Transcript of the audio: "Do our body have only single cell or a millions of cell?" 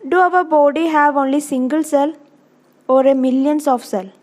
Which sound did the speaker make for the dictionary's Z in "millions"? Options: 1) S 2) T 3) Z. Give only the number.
1